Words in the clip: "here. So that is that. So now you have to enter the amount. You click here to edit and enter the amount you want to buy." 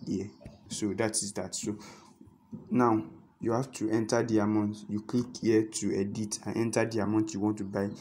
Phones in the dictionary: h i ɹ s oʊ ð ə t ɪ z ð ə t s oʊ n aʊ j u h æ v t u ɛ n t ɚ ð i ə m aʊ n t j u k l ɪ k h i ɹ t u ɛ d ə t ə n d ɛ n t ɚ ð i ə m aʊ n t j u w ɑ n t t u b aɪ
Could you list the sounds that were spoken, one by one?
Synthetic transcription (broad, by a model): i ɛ s oʊ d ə t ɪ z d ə t s oʊ n aʊ j u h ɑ f t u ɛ n t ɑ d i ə m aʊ n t j u k l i k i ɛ t u ɛ d ə t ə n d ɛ n t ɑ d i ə m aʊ n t j u w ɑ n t t u b aɪ